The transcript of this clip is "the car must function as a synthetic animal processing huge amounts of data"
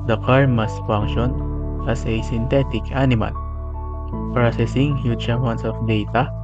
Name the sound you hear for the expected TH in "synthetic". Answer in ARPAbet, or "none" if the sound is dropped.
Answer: T